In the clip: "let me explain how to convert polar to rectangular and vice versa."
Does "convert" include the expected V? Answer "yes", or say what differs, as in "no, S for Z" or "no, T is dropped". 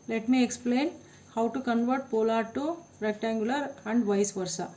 yes